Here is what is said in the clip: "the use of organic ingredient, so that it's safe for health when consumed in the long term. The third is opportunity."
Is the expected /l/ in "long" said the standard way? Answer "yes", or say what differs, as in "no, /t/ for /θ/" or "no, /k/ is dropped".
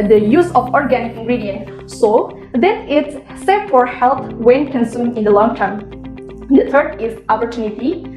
yes